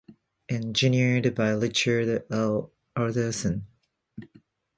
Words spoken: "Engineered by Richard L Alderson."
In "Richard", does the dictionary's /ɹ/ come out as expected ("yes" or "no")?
no